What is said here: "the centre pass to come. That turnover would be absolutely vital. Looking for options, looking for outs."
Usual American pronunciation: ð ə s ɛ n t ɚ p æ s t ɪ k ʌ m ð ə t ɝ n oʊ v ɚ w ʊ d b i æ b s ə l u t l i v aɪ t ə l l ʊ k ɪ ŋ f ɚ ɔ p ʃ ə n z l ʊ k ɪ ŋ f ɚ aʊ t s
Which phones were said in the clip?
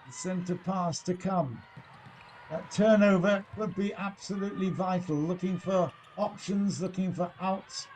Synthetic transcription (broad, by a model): s ɛ n t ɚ p æ s t ɪ k ʌ m ð ə t ɝ n oʊ v ɚ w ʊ d b i æ b s ə l u t l i v aɪ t l l ʊ k ɪ ŋ f ɚ ɔ p ʃ ə n z l ʊ k ɪ ŋ f ɚ aʊ t s